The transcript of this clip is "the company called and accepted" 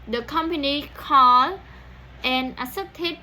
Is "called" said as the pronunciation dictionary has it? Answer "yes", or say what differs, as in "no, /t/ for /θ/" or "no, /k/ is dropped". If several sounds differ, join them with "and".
no, /d/ is dropped